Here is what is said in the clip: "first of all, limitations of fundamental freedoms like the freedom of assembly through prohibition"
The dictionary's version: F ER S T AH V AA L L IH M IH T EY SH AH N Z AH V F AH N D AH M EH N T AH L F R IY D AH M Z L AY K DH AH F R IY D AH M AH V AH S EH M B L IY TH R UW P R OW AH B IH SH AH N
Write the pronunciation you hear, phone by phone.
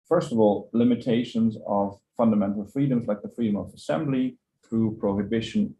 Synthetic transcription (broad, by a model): F ER S T AH V AA L L IH M IH T EY SH AH N Z AH V F AH N D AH M EH N T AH L F R IY D AH M Z L AY K DH AH F R IY D AH M AH V AH S EH M B L IY TH R UW P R OW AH B IH SH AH N